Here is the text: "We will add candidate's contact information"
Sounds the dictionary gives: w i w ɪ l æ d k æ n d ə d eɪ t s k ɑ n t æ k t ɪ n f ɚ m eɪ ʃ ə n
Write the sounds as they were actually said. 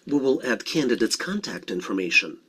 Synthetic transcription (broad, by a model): w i w ɪ l æ d k æ n d ə d eɪ t s k ɑ n t æ k t ɪ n f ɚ m eɪ ʃ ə n